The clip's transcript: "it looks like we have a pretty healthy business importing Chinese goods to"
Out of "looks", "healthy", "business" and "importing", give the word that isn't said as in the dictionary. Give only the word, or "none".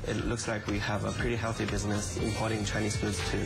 none